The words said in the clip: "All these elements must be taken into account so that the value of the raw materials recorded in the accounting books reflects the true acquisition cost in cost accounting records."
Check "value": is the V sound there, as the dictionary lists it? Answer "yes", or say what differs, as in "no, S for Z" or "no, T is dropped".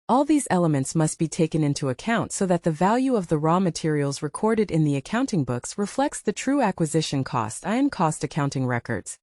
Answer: yes